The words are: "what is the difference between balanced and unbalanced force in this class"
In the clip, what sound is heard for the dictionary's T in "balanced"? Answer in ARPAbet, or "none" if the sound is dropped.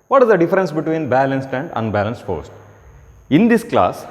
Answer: T